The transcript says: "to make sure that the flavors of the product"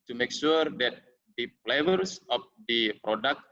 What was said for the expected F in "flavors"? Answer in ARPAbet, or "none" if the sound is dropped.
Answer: P